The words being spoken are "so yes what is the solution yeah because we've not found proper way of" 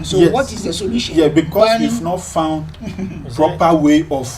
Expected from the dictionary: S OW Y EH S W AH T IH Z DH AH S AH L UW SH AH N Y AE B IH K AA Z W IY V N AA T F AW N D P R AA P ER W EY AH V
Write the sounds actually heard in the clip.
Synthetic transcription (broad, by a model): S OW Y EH W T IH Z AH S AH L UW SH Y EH B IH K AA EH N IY F N AA T F AW N D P R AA P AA W EY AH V